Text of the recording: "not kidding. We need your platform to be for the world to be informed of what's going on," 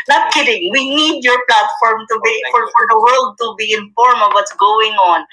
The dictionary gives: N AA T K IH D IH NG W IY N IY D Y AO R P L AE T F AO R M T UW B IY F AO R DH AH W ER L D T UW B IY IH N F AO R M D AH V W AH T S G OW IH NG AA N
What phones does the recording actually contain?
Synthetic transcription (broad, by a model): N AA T K IH D IH NG W IY N IY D Y AO R P L AE T F AO R M T UW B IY F AO R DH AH W ER L D T UW B IY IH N F AO R M AH V W AH T S G OW IH NG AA N